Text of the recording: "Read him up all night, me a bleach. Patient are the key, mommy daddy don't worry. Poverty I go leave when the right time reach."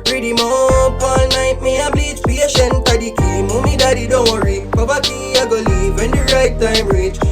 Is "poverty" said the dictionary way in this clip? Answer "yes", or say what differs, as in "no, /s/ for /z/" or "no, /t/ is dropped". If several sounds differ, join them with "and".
no, /b/ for /p/ and /b/ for /v/